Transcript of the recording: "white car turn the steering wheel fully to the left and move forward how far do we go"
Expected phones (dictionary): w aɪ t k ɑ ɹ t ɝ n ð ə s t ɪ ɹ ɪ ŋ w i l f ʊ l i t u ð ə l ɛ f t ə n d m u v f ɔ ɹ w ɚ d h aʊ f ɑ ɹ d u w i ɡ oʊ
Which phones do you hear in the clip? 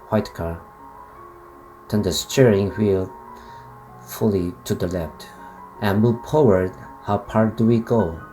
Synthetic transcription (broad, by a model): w aɪ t k ɑ ɹ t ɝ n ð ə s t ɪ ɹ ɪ ŋ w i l f ʊ l i t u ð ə l ɛ f t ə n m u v p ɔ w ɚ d h aʊ p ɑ ɹ d u w i ɡ oʊ